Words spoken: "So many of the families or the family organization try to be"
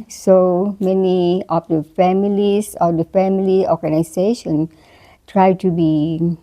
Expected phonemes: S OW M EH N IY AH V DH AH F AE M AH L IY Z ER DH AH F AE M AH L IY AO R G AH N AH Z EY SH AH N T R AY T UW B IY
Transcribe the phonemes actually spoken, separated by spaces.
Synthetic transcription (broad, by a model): S OW M EH N IY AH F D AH F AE M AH L IY S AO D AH F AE M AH L IY AO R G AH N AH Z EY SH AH N T R AY T UW B IY